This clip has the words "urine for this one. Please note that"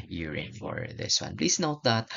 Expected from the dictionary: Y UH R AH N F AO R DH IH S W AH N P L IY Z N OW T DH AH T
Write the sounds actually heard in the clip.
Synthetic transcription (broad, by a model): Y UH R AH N F AO R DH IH S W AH N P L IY S N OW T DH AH T